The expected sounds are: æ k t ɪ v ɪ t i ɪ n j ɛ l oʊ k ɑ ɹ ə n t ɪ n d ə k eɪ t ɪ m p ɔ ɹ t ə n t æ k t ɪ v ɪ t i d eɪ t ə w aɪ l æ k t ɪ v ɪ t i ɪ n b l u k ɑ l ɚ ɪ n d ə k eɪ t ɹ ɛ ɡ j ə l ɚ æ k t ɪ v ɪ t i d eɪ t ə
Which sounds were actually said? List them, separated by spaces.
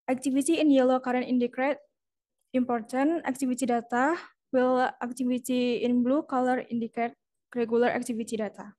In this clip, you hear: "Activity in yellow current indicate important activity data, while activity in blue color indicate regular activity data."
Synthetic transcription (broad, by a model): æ k t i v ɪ t i ɪ n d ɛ l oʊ k ɑ ɹ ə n i n d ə k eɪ t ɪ m p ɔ ɹ t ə n æ k t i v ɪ t i d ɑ t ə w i l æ k t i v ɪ t i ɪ n b l u k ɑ l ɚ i n d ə k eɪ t ɹ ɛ ɡ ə l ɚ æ k t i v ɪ t i d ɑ t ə